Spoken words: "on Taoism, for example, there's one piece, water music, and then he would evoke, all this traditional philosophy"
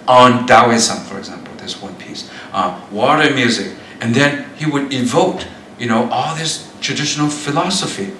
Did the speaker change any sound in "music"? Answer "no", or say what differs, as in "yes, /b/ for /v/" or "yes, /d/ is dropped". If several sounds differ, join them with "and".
no